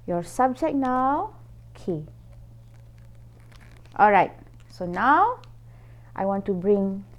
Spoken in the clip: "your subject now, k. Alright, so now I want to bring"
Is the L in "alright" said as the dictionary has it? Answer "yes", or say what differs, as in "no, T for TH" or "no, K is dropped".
yes